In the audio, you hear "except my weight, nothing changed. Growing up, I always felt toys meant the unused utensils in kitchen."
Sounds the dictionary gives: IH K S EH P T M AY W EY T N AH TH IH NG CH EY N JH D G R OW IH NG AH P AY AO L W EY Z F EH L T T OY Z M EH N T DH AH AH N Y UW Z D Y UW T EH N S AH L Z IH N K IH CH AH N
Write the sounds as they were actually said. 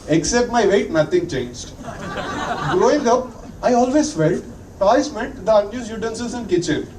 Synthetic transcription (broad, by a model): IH K S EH P T M AY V EY T N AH T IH NG CH EY N JH D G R OW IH NG AH P AY AO L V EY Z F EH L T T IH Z M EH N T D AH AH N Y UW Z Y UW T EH N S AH Z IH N K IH CH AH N